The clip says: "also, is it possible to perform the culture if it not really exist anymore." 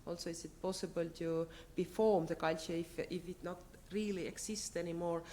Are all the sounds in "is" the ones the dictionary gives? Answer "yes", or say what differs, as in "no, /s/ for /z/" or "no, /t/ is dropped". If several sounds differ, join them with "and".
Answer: no, /s/ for /z/